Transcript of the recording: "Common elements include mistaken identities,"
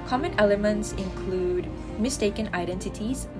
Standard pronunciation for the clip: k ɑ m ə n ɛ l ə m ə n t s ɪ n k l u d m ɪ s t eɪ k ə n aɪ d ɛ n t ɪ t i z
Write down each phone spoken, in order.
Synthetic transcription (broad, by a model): k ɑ m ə n ɛ l ə m ə n t s ɪ n k l u d m ɪ s t eɪ k ə n aɪ d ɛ n t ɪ t i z